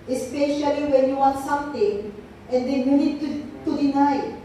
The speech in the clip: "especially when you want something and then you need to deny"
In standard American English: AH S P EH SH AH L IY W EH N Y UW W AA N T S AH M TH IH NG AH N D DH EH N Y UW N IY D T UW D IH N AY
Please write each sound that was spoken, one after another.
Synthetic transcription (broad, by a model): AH S P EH SH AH L IY W EH N Y UW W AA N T S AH M T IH NG AH N D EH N Y UW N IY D T UW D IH N AY